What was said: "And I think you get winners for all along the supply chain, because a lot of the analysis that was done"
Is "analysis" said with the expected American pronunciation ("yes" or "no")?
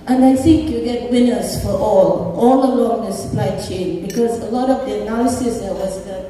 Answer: no